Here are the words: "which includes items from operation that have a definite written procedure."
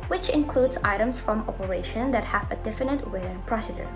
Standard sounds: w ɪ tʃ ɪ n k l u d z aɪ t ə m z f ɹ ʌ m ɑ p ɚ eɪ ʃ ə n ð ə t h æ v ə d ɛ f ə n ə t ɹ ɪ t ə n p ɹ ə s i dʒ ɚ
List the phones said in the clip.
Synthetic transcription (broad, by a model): w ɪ tʃ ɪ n k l u d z aɪ t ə m s f ɹ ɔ m ɑ p ɚ eɪ ʃ ə n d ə t h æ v ə d ɛ f ə n ə t w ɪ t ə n p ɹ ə s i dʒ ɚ